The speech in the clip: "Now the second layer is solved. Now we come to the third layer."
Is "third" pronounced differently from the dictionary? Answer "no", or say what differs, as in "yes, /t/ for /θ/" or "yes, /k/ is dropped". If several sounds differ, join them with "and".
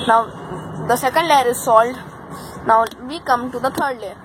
yes, /t/ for /θ/